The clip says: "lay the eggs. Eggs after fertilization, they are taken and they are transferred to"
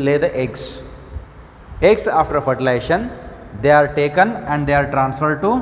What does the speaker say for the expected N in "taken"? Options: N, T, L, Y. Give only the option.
N